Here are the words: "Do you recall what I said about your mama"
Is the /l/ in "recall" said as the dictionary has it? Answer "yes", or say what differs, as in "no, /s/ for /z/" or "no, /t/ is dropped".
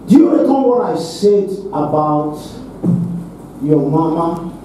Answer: no, /n/ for /l/